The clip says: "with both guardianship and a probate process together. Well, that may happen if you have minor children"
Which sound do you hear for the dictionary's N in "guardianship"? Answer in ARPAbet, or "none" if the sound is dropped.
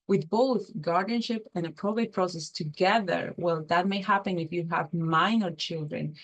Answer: N